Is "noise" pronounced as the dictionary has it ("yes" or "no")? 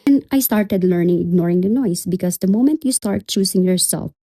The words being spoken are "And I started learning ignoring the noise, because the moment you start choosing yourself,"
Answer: no